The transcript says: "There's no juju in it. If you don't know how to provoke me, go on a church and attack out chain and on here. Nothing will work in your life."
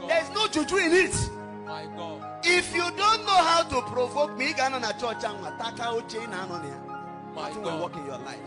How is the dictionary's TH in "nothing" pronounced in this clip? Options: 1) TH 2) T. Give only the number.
2